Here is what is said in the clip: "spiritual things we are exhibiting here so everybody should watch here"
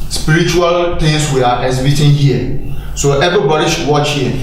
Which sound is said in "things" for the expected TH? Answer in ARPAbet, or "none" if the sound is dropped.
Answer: T